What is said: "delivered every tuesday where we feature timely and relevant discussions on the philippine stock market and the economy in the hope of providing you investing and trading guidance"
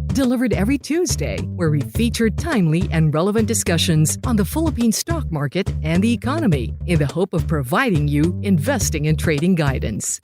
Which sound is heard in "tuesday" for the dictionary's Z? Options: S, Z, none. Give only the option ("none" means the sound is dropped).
Z